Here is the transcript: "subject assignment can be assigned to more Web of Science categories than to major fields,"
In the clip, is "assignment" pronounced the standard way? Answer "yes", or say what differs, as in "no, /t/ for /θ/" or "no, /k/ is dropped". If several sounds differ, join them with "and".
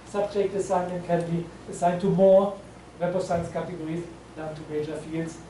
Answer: no, /m/ is dropped